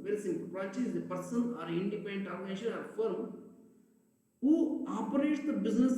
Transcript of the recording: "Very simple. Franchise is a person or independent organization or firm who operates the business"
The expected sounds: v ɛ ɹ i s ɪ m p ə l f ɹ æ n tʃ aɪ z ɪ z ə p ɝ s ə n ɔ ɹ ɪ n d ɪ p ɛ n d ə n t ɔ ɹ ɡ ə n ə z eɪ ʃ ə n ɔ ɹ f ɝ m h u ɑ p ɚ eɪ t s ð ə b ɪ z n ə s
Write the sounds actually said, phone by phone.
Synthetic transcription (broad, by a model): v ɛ ɹ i s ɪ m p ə l p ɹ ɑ tʃ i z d ə p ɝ s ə n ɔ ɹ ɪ n d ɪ p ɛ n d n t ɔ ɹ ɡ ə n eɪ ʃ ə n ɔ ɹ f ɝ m h u ɑ p ɚ eɪ t s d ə b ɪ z n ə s